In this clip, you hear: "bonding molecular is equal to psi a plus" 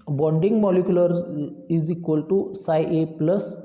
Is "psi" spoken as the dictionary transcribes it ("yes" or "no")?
yes